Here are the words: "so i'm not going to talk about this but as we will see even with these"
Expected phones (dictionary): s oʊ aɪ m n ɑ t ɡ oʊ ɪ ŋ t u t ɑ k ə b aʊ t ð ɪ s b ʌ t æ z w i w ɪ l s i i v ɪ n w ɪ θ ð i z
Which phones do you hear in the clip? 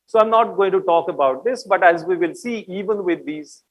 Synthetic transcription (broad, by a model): s oʊ aɪ m n ɑ t ɡ oʊ ɪ ŋ t u t ɑ k ə b aʊ t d ɪ s b ʌ t æ z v i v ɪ l s i i v ɪ n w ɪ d i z